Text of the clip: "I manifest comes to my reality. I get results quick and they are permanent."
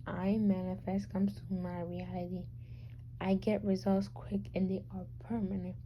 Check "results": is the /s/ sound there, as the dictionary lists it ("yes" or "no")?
yes